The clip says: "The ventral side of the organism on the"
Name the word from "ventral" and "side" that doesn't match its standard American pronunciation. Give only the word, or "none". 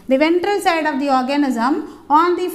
none